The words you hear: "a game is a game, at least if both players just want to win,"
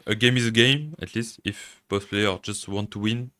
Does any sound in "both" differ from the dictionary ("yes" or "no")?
yes